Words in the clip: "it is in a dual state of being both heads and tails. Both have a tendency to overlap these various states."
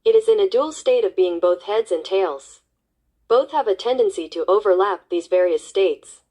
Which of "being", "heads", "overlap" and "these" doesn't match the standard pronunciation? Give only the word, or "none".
none